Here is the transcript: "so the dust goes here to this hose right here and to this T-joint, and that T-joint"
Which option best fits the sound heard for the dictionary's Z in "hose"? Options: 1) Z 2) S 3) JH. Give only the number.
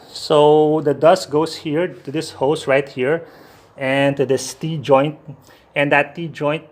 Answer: 2